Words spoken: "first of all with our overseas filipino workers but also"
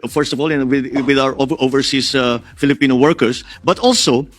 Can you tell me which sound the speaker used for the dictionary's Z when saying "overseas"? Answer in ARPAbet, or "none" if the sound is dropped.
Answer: S